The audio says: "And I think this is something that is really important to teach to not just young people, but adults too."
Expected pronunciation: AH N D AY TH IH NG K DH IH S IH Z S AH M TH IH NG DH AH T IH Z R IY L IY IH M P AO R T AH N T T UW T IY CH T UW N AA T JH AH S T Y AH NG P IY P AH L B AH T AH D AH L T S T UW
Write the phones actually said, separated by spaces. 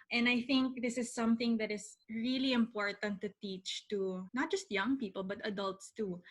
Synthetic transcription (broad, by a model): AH N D AY TH IH NG K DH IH S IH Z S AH M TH IH NG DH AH T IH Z R IY L IY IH M P AO R T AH N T T UW T IY CH T UW N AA T JH AH S T Y AH NG P IY P AH L B AH T AH D AH L T S T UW